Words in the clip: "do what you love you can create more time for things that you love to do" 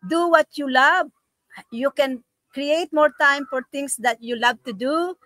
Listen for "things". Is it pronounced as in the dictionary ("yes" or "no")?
no